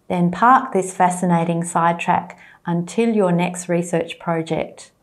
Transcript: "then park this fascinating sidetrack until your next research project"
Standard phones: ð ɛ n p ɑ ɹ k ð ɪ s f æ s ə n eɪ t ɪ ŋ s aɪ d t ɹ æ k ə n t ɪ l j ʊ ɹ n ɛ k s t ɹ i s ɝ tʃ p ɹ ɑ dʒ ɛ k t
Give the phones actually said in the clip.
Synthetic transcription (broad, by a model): ð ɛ n p ɑ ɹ k ð ɪ s f æ s ə n eɪ t ɪ ŋ s aɪ d t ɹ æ k ə n t ɪ l j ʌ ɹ n ɛ k s t ɹ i s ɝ tʃ p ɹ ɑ dʒ ɛ k t